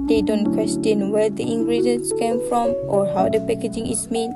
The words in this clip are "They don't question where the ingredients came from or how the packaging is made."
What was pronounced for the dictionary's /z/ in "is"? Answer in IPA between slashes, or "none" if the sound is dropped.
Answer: /s/